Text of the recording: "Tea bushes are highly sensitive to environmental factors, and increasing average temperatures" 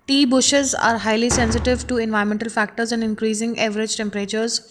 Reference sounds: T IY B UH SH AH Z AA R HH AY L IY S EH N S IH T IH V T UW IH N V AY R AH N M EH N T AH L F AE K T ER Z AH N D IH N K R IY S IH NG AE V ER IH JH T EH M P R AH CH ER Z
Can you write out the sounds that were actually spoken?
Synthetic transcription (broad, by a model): T IY B UH SH AH Z AA R HH AY L IY S EH N S IH T IH V T UW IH N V AY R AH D M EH N T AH L F AE K T ER Z AH N D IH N K R IY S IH NG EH V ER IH JH T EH M P R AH CH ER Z